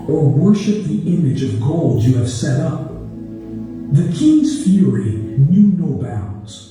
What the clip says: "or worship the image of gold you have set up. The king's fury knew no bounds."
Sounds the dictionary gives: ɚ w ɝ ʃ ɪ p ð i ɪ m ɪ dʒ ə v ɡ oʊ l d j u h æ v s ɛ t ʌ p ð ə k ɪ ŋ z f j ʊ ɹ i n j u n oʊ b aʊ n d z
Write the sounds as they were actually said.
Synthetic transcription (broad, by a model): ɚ w ɝ ʃ ɪ p ð i ɪ m ɪ dʒ ə v ɡ oʊ l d j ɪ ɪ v s ɛ t ʌ p ð ə k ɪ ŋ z f j ʊ ɹ i n j u n oʊ b aʊ n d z